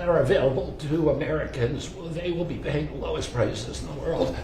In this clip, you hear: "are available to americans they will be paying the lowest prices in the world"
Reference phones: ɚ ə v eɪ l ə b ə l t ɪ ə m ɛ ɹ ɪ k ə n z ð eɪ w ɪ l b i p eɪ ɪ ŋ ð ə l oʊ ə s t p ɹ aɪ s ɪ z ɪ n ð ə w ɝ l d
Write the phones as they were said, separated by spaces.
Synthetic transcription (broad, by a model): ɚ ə v eɪ l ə b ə l t ɪ ə m ɛ ɹ ɪ k ə n z ð eɪ w ɪ l b i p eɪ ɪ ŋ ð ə l oʊ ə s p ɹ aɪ ɪ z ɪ n ð ə w ɝ l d